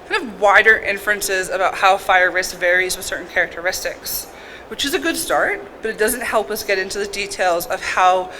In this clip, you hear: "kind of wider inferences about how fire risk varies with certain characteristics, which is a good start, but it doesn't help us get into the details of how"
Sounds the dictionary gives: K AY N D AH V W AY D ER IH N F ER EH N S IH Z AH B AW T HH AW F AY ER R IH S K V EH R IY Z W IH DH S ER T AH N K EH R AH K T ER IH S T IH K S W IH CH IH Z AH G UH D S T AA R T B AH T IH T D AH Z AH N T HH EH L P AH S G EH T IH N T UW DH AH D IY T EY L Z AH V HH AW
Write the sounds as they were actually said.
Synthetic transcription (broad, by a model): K AY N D AH V W AY D ER IH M F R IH N S IH Z AH B AW T HH AW F AY ER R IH S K V EH R IY Z W IH DH S ER T N K EH R AH K T ER IH S T IH K S W IH CH IH Z AH G UH D S T AA R T B AH T IH T D AH Z AH N T HH EH L P AH S G EH T IH N T UW DH AH D IY T EY L Z AH V HH AW